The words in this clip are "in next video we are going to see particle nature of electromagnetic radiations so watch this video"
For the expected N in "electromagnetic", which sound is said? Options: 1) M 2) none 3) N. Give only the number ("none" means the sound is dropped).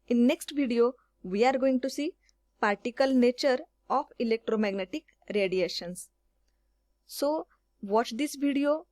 3